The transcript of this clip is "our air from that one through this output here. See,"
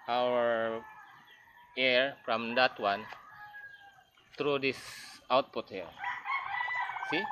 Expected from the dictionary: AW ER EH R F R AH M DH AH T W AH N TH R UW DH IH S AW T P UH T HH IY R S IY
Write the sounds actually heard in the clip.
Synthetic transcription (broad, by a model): AW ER EH R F R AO M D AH T W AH N T R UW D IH S AW T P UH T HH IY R S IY